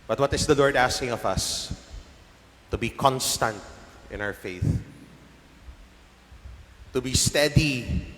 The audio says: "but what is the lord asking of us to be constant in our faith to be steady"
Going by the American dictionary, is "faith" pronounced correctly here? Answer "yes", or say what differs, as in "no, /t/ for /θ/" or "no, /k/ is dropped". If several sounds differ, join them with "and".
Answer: yes